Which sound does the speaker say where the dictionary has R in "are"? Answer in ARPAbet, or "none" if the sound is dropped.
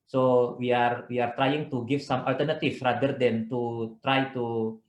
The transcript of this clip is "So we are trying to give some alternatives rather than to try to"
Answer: R